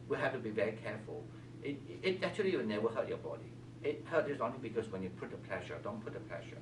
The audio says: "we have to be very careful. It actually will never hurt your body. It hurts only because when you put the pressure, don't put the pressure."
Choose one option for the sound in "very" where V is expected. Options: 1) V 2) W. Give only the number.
1